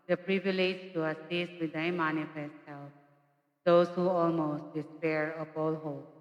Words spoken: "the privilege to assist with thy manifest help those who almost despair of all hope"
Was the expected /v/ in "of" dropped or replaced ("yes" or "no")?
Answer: yes